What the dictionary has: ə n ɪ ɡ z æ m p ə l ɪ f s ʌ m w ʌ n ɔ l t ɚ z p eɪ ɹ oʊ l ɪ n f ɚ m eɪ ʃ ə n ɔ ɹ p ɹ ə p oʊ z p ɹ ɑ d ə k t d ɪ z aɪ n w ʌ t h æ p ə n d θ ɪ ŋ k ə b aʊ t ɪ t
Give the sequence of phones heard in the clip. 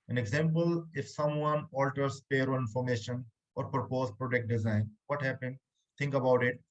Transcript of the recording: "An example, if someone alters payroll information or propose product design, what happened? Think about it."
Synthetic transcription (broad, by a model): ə n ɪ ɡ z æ m p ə l ɪ f s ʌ m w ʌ n ɔ l t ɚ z p eɪ ɹ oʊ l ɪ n f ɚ m eɪ ʃ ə n ɔ ɹ p ɹ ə p oʊ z p ɹ ɑ d ə k t d ɪ z aɪ n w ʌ t h æ p ə n d t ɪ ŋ k ə b aʊ t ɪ t